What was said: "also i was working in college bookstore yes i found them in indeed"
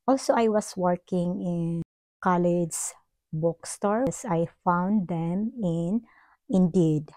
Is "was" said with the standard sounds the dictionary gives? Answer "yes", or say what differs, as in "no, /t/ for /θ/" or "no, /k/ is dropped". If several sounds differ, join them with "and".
no, /s/ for /z/